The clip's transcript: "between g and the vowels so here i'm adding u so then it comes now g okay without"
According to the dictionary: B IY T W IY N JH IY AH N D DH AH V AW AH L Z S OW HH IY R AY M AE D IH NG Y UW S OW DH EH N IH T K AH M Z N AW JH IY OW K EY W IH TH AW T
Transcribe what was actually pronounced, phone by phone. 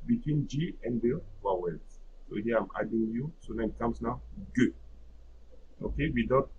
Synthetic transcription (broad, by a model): B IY T W IY N JH IY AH N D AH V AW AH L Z S OW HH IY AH AY M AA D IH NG Y UW S OW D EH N IH T K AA M S N AW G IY OW K EY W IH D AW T